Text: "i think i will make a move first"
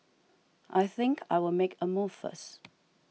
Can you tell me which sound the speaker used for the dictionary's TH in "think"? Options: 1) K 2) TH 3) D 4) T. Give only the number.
2